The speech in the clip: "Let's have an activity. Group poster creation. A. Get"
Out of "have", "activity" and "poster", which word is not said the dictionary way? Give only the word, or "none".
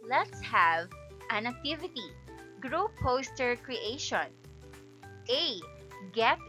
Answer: none